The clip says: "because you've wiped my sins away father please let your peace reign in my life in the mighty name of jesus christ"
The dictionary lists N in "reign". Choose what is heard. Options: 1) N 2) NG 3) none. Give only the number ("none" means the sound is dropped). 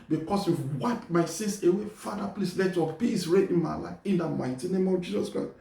3